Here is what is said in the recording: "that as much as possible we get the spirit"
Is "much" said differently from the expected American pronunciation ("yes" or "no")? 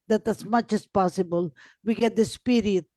no